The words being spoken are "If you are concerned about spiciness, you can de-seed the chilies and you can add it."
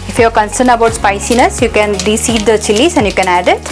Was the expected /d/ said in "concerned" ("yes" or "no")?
no